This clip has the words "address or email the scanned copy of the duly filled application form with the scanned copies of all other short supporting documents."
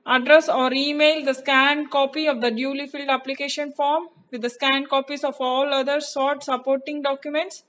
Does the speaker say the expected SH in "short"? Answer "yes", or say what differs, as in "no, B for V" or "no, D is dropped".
no, S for SH